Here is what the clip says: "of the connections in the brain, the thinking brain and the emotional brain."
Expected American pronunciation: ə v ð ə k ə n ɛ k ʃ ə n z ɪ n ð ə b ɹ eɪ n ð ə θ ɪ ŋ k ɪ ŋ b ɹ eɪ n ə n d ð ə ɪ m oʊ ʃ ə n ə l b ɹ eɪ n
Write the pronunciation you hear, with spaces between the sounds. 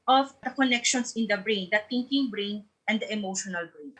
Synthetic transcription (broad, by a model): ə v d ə k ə n ɛ k ʃ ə n s ɪ n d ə b ɹ eɪ n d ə t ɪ ŋ k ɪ ŋ b ɹ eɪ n ə n d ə ɪ m oʊ ʃ ə n ə l b ɹ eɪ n